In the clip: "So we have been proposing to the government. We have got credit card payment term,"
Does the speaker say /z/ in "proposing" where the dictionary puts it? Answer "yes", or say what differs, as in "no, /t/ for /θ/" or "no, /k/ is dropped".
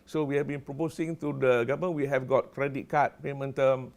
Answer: no, /s/ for /z/